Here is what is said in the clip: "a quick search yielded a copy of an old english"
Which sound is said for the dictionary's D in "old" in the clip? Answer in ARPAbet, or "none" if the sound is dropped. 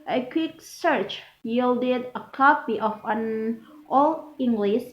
none